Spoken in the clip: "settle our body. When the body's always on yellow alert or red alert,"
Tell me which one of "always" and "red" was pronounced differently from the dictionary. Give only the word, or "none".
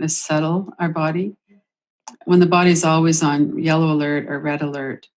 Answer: none